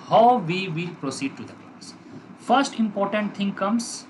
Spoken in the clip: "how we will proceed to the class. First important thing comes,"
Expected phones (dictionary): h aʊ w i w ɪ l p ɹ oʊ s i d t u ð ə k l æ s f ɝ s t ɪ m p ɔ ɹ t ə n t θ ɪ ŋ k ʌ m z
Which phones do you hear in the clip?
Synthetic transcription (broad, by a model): h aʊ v i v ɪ l p ɹ oʊ s i d t u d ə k ɔ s f ɝ s t ɪ m p ɔ ɹ t ə n t t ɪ ŋ k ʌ m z